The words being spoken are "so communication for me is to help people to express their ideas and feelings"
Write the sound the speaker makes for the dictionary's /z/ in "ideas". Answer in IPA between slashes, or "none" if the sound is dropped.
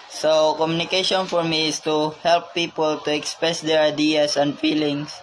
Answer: /s/